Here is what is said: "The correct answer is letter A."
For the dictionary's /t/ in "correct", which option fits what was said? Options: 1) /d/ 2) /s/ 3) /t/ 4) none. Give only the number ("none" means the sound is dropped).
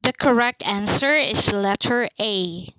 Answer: 3